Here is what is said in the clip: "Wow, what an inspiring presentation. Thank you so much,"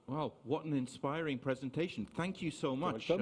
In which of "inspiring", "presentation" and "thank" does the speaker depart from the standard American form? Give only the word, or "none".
none